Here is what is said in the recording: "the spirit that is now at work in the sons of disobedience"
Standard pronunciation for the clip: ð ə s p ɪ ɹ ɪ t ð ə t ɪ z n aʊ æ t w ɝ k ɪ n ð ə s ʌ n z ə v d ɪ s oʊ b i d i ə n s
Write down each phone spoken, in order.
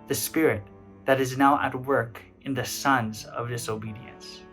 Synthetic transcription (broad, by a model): ð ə s p ɪ ɹ ɪ t ð ə t ɪ z n aʊ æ t w ɝ k ɪ n ð ə s ʌ n z ə v d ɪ s oʊ b i d i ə n s